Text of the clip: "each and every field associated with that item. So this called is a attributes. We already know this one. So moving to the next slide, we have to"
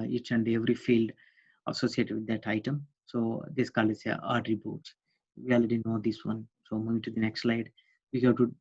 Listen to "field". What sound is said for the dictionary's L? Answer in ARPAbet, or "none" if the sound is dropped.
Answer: L